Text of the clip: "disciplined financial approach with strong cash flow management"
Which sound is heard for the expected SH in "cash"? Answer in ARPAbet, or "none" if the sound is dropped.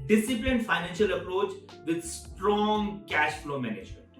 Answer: SH